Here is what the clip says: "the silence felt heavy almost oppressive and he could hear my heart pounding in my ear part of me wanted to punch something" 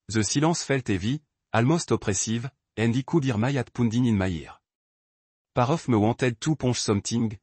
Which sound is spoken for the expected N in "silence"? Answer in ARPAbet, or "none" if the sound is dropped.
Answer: none